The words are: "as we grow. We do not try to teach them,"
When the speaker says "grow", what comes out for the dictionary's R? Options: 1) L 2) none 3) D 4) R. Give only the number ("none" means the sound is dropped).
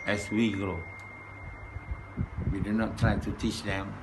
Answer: 2